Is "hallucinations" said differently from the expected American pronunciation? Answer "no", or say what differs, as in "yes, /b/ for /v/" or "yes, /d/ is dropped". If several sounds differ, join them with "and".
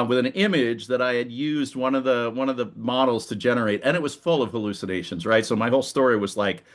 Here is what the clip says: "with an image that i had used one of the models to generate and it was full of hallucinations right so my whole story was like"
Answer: no